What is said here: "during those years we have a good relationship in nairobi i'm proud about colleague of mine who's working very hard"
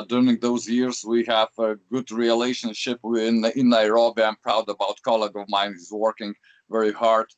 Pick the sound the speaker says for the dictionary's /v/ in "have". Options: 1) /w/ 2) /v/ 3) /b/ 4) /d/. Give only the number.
2